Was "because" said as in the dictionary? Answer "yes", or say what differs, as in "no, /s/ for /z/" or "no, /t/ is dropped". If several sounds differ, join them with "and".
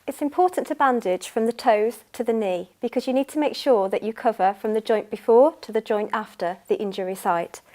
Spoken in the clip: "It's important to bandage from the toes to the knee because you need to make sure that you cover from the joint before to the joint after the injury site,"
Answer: yes